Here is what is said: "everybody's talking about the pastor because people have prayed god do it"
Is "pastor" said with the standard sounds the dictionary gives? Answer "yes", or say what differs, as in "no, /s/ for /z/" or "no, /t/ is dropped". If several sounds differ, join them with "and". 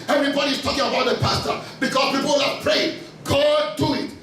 yes